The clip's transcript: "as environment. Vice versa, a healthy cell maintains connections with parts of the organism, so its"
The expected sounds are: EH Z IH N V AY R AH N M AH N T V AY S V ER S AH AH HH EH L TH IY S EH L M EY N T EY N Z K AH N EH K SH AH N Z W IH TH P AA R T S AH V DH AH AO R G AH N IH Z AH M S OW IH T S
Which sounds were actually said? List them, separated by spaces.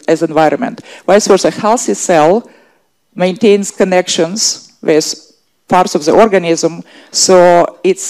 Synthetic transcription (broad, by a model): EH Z IH N V AY R AH N M AH N T W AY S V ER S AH AH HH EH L S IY S EH L M EY N T EY N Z K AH N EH K SH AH N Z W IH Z P AA R T S AH V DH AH AO R G AH N IH Z AH M S OW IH T S